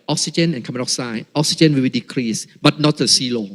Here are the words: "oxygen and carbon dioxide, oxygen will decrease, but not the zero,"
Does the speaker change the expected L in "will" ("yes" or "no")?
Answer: yes